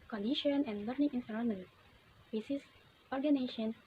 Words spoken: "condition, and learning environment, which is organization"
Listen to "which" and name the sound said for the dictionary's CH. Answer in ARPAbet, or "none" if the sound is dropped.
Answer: S